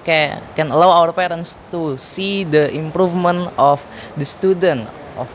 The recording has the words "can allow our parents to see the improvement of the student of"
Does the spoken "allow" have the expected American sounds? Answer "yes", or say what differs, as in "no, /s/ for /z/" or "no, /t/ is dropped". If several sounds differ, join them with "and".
yes